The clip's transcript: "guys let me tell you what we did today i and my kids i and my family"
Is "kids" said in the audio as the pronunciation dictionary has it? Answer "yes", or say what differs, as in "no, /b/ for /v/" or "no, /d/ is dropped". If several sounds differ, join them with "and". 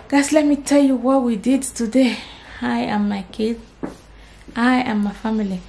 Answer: no, /z/ is dropped